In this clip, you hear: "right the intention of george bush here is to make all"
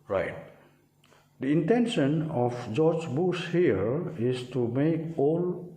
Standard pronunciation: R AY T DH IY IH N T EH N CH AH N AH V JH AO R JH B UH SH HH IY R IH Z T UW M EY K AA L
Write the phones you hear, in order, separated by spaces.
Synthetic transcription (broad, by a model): R AY T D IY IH N T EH N SH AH N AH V JH AO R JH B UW S HH IY R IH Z T UW M EY K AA L